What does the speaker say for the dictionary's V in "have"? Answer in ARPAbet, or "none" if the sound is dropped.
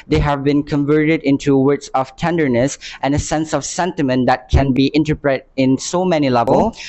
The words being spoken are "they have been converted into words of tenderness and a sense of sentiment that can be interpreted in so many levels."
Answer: V